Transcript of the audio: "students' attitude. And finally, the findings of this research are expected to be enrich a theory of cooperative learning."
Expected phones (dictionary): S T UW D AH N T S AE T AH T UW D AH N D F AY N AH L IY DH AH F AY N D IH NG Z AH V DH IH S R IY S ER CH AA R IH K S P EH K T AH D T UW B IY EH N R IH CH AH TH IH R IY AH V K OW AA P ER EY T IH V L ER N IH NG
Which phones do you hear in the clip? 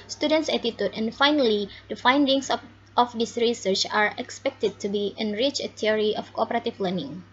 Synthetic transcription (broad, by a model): S T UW D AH N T S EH T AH T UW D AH N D F AY N AH L IY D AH F AY N D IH NG S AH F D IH S R IY S ER CH AA R IH K S P EH K T AH D T UW B IY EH N R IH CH AH T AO R IY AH F K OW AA P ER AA T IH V L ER N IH NG